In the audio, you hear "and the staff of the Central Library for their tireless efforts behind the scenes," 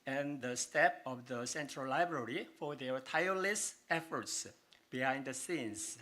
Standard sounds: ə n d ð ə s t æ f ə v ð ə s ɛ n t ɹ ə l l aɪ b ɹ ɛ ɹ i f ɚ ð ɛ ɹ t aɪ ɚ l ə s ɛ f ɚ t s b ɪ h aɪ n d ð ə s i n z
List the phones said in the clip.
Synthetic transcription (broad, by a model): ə n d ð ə s t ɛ p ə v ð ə s ɛ n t ɹ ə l l aɪ b ɹ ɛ ɹ i f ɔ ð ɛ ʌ t aɪ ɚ l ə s ɛ f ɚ t s b ɪ h aɪ n d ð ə s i n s